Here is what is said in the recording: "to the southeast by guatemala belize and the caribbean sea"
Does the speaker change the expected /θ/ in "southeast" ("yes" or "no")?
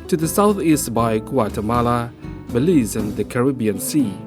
no